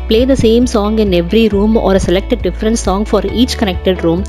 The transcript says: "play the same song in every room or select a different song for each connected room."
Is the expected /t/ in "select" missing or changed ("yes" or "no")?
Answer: no